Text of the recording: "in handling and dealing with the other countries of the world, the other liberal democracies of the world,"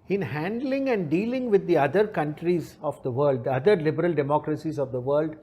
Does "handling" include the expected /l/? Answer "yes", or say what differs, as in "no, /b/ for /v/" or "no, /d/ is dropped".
yes